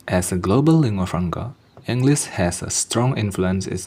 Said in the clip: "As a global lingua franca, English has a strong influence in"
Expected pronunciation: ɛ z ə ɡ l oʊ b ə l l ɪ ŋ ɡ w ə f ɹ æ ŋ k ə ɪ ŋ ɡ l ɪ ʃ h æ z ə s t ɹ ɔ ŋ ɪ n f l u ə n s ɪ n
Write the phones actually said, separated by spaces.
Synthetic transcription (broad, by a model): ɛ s ə ɡ l oʊ b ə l l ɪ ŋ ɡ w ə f ɹ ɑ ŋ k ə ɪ ŋ ɡ l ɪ s h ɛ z ə s t ɹ ɔ ŋ ɪ n f l u ə n s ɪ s